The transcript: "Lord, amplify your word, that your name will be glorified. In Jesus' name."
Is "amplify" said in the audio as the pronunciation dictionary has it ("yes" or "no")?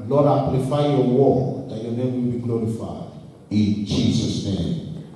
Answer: no